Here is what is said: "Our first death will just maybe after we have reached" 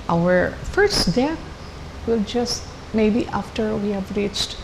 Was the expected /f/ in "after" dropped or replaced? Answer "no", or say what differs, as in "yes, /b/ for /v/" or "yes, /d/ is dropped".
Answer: no